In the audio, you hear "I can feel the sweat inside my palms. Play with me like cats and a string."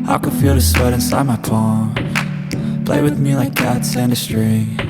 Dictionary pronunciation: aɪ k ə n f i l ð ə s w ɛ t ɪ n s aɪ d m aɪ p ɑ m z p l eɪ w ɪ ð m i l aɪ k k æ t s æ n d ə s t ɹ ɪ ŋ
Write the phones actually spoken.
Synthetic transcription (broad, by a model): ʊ k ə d f i l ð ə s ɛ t ɪ n s aɪ d m aɪ p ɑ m p l eɪ w ɪ ð m i l aɪ k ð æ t s æ n d ə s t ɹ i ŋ